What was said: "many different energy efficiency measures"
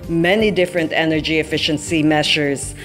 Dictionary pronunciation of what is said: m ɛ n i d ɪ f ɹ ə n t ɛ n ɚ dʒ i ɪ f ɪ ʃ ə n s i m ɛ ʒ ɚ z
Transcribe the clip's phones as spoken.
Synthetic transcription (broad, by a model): m ɛ n i d ɪ f ɹ ə n t ɛ n ɚ dʒ i ɪ f ɪ ʃ ə n s i m ɛ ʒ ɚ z